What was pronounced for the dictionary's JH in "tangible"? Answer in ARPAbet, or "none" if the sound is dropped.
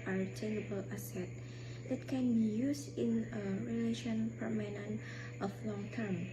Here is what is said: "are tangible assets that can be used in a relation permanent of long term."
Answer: none